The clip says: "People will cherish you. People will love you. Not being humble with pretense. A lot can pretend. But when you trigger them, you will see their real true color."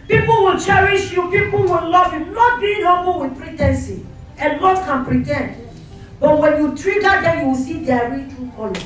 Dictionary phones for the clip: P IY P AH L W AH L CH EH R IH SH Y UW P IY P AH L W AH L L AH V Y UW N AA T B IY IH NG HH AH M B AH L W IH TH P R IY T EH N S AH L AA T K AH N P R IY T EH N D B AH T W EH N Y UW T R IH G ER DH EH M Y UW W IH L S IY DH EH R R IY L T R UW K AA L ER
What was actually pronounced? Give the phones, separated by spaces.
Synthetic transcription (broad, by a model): P IY P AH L W AH L CH EH R IH SH Y UW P IY P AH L W AH L L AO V Y UW L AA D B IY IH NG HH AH B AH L W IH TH P R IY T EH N S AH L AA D K AH N P R IY T EH N D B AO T W EH N Y UW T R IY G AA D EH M Y UW W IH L S IY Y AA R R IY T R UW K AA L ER